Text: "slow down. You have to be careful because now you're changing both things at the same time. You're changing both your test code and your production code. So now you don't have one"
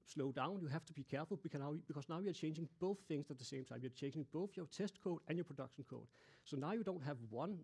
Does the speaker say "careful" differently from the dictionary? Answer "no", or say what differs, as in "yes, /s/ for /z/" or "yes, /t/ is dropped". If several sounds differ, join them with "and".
yes, /n/ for /l/